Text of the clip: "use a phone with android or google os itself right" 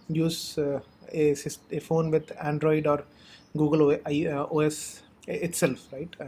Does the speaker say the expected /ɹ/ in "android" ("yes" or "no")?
yes